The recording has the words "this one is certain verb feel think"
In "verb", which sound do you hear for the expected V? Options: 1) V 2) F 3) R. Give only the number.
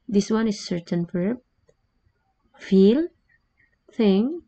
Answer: 2